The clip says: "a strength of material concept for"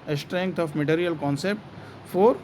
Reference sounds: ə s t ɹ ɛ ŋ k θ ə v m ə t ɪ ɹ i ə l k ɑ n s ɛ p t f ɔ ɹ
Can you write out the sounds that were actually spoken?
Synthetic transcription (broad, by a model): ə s t ɹ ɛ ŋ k t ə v m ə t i ɹ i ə l k ɑ n s ɛ p t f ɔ ɹ